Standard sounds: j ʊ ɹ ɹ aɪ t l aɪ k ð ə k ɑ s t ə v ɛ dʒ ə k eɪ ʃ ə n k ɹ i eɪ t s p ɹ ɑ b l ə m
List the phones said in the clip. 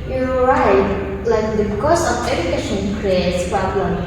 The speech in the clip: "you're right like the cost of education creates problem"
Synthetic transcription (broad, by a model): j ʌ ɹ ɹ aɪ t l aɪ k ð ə k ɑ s ə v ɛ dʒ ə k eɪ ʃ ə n k ɹ i eɪ t s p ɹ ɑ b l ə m